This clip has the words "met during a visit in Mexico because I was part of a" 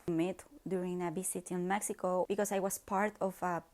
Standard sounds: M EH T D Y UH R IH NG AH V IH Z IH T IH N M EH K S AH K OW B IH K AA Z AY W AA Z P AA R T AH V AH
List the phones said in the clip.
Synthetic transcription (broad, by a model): M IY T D Y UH R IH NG AH B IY S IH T IH N M EH K S AH K OW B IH K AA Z AY W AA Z P AA R T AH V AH